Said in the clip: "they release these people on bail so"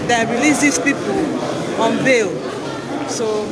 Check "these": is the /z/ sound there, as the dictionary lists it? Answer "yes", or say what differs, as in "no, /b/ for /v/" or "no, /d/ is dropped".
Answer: no, /s/ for /z/